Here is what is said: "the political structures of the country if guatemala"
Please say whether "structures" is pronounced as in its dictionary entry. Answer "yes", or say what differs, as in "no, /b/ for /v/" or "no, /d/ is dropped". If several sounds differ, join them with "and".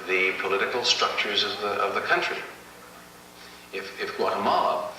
yes